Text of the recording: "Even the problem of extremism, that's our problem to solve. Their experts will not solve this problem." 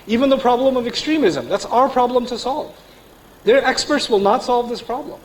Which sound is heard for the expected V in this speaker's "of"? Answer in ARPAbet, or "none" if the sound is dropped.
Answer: V